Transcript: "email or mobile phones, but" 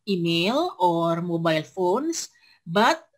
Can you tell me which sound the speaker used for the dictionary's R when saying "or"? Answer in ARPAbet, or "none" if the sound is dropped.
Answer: R